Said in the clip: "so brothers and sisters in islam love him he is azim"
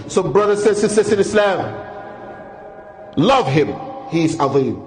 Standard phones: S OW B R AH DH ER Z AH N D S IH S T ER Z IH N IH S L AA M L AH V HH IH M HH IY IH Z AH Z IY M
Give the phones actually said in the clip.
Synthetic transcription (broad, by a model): S OW B R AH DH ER S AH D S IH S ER S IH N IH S L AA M L AH V HH IH M HH IY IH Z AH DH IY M